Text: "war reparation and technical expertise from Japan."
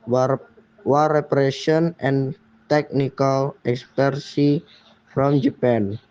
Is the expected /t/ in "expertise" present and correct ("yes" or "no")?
no